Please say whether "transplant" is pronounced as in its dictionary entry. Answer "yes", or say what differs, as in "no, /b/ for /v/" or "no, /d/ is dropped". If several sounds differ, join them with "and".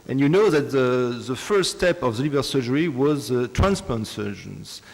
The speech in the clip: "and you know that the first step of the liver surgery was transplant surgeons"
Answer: no, /l/ is dropped